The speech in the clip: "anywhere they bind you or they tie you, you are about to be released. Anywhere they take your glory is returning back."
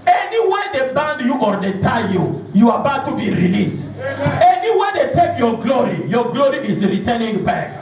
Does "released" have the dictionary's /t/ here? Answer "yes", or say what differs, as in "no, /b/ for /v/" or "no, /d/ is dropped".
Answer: yes